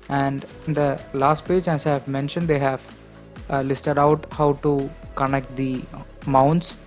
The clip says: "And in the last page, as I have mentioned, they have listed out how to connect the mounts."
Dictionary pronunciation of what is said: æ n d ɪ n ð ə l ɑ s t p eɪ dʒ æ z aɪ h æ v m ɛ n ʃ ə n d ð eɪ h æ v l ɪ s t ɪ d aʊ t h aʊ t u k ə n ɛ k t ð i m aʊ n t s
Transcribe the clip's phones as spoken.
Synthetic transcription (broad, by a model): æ n d ɪ n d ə l ɑ s t p eɪ dʒ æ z aɪ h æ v m ɛ n ʃ ə n d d eɪ h æ v l ɪ s t ɪ d aʊ t h aʊ t u k ə n ɛ k t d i m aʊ n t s